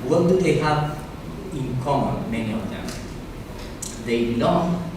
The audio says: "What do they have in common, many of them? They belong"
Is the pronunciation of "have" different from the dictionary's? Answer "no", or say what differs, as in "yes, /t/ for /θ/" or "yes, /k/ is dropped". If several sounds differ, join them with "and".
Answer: yes, /p/ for /v/